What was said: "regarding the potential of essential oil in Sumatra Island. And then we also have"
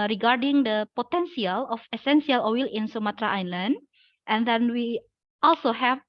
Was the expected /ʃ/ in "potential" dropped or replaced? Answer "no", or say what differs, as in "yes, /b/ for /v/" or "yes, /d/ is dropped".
yes, /s/ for /ʃ/